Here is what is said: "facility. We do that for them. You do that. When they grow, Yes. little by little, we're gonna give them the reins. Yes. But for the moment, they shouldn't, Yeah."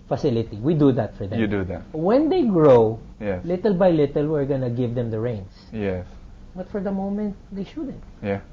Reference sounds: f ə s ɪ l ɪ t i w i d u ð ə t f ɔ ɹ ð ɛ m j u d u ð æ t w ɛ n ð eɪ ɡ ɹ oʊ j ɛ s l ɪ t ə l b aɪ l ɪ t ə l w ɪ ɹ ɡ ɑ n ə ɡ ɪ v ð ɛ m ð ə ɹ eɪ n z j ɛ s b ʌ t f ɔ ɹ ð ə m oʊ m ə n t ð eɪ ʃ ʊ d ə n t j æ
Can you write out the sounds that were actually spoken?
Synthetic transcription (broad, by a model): f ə s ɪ l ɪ t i w i d u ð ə t f ɔ ɹ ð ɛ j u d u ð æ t w ɛ n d eɪ ɡ ɹ oʊ j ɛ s l ɪ t ə l b aɪ l ɪ t ə l w ɪ ɹ ɡ ɑ n ə ɡ ɪ v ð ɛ m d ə ɹ eɪ n s j ɛ s b ʌ t f ɔ ɹ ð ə m oʊ m ə n t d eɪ ʃ ʊ d ə n t j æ